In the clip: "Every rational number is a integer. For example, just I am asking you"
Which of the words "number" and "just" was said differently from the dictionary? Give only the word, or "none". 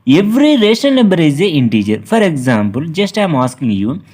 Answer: number